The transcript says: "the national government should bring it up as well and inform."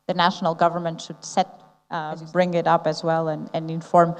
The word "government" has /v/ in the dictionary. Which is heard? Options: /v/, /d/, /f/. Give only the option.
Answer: /v/